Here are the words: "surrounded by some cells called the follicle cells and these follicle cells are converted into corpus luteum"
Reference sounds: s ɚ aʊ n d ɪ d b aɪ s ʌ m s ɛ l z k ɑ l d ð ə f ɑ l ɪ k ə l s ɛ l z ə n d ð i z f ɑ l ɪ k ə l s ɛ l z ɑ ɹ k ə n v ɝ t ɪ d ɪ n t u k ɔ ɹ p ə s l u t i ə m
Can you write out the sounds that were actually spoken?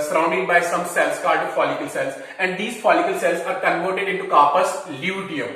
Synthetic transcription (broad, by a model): s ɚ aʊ n d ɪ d b aɪ s ʌ m s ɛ l s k ɑ d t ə f ɑ l ɪ k ə l s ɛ l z ə n d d i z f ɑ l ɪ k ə l s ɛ l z ɑ ɹ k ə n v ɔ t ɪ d ɪ n t u k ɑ p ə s l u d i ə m